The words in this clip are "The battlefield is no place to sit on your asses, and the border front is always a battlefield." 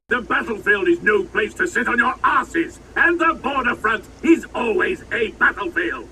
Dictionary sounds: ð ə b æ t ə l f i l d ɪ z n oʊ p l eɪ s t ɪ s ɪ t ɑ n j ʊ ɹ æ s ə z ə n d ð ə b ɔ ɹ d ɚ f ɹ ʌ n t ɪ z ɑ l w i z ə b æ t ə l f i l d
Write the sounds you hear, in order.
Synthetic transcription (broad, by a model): ð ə b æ t l f i l d ɪ z n oʊ p l eɪ s t ɪ s ɪ t n j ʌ ɹ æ s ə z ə n ð ə b ɔ ɹ d ɚ f ɹ ʌ n t ɪ z ɑ l w i z ə b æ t l f i l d